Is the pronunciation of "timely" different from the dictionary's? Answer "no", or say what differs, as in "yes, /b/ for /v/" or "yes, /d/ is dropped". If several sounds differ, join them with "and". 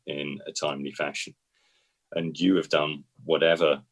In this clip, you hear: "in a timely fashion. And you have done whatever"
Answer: no